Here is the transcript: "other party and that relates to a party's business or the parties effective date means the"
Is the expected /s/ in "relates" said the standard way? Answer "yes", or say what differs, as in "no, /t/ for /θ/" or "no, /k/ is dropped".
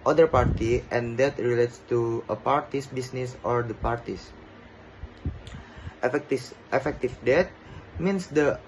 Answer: yes